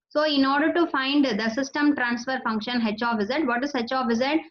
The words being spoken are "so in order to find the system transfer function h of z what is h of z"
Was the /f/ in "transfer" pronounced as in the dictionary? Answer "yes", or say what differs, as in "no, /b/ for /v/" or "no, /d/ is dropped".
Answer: yes